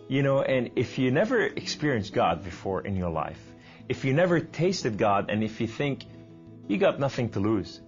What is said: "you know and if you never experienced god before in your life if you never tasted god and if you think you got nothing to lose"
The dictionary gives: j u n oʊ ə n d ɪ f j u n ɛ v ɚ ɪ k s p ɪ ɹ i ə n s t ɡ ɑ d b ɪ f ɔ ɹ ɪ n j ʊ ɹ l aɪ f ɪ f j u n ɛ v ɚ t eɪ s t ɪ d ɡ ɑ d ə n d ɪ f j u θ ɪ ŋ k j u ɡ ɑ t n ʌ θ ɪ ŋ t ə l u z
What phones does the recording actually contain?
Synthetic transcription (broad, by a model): j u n oʊ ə n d ɪ f j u n ɛ v ɚ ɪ k s p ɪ ɹ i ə n s ɡ ɑ d b ɪ f ɔ ɹ ɪ n j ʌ ɹ l aɪ f ɪ f j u n ɛ v ɚ t eɪ s t ɪ d ɡ ɑ d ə n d ɪ f j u θ ɪ ŋ k j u ɡ ɑ t n ʌ θ ɪ ŋ t ə l u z